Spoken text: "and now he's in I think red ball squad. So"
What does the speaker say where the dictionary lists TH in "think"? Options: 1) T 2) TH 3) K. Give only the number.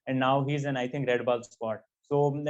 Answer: 1